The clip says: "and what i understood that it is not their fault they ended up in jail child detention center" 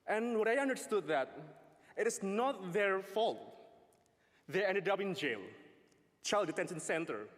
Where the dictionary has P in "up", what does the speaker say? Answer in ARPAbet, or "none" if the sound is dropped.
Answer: B